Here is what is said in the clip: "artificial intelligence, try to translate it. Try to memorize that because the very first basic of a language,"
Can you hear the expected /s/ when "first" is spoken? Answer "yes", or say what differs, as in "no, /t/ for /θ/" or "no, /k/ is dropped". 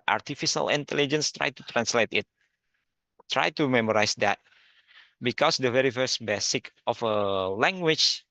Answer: yes